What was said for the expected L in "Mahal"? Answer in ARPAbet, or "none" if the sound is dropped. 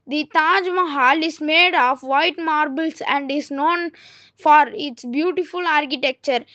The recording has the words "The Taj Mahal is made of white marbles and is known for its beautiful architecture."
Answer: L